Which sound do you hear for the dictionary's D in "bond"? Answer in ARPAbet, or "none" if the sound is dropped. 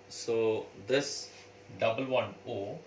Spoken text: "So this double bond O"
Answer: none